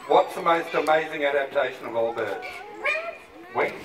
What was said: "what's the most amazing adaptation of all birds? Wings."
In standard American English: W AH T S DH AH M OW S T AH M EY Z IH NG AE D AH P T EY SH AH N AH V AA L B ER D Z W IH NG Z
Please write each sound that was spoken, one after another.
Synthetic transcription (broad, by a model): W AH T S DH AH M OW S T AH M EY Z IH NG AE D AH P T EY SH AH N AH V AA L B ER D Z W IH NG